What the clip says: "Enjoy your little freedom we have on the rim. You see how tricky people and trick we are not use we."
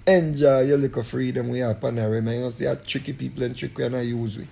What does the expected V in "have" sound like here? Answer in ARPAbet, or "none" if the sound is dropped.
P